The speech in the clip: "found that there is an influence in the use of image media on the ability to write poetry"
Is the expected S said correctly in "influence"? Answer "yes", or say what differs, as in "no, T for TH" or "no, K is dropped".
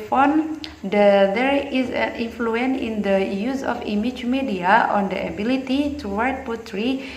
no, S is dropped